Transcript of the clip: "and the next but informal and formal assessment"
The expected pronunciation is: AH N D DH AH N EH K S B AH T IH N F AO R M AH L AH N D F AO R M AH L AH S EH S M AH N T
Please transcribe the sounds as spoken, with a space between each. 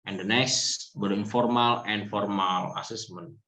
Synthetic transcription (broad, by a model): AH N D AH N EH S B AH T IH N F AO R M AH L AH N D F AO R M AH L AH S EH S M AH N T